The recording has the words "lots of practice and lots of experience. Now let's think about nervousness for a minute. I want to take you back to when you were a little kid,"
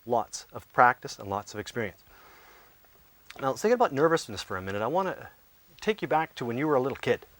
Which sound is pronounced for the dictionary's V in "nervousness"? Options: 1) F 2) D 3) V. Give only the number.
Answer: 3